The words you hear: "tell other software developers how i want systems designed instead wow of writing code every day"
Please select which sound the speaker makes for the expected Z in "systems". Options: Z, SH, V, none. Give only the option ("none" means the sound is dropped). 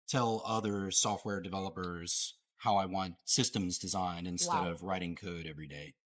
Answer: Z